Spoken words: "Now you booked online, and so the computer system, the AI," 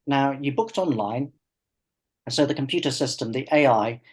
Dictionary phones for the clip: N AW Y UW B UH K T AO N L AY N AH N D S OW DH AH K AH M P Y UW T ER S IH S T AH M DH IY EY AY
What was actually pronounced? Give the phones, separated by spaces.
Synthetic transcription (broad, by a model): N AW Y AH B UH K T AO N L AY AH N S OW DH AH K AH M P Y UW T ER S IH S T AH M DH IY EY AY